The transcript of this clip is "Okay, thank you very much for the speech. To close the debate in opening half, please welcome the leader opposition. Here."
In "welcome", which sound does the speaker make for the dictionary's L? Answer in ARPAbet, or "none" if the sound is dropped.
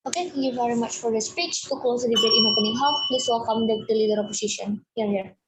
none